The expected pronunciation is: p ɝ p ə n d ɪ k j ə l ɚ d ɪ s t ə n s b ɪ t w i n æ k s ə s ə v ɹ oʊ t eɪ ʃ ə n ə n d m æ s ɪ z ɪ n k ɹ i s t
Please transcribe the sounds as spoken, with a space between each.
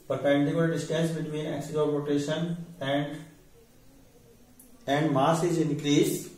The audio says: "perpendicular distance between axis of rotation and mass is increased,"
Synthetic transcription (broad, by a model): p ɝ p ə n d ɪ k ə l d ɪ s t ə s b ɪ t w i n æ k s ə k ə p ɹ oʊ t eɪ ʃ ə n ə n d m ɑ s ɪ z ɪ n k ɹ i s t